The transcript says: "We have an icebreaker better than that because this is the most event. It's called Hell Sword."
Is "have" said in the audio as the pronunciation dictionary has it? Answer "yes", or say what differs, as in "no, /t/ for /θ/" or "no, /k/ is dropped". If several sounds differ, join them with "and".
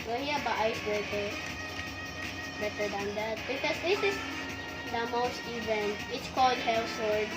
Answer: no, /b/ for /v/